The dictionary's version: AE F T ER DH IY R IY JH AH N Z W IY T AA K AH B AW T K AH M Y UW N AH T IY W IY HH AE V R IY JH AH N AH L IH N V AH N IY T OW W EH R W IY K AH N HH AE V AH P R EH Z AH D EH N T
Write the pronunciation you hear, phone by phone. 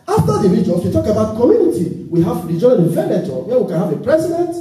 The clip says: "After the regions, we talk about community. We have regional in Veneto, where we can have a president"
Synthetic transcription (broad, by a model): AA F T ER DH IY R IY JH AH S W IY T AA K AH B AW T K AH M Y UW N AH T IY W IY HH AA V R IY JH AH AH N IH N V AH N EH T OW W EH W IY K AH N HH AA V AH P R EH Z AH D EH N T